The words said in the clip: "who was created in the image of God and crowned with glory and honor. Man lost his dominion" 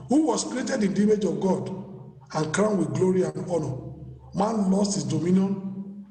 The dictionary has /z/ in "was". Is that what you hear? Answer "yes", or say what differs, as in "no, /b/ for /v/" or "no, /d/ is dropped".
no, /s/ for /z/